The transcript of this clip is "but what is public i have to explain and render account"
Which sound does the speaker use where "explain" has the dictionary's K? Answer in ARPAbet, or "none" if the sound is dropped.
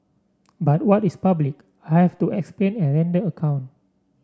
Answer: K